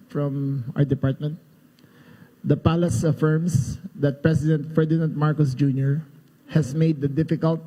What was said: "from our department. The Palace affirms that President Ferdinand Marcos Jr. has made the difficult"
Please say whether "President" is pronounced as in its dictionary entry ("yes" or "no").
no